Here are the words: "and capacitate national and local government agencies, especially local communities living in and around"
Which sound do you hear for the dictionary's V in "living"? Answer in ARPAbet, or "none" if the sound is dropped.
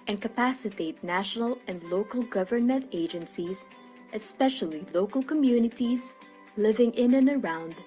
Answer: V